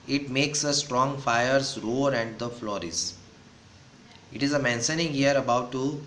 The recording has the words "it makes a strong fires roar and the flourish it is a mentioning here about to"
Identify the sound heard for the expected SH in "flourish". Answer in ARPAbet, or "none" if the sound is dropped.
S